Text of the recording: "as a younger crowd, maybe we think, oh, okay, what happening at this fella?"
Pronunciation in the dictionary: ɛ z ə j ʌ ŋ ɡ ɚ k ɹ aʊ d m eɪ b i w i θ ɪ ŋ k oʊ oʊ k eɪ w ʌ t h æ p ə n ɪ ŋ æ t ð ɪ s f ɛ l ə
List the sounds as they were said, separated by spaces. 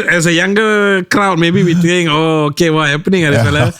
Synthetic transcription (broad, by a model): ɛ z ə j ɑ ŋ ɡ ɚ k ɹ aʊ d m eɪ b i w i t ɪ ŋ oʊ oʊ k eɪ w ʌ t h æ p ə n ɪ ŋ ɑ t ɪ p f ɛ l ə